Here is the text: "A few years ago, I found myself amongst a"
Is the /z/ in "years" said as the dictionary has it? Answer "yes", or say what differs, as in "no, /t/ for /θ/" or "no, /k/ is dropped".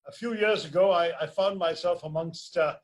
yes